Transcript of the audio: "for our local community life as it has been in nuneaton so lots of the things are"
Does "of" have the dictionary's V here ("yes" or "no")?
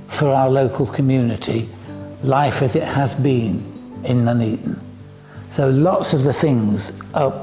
yes